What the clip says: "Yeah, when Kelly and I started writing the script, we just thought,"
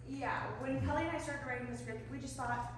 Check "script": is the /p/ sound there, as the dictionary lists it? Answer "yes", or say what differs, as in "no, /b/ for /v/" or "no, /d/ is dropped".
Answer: no, /p/ is dropped